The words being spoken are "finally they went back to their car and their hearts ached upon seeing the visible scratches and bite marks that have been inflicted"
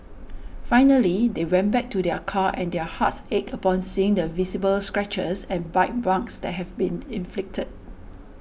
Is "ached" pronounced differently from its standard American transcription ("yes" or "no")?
yes